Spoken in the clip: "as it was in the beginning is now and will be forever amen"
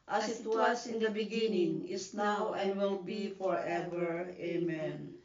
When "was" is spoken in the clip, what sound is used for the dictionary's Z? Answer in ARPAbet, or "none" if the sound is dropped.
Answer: S